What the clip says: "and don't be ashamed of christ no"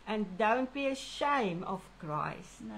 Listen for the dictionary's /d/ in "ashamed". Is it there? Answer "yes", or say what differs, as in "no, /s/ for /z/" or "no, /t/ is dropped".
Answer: no, /d/ is dropped